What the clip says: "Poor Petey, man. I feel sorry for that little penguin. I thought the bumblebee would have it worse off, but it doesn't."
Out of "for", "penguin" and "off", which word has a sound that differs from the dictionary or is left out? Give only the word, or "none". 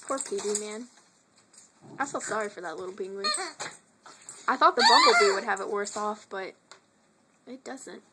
penguin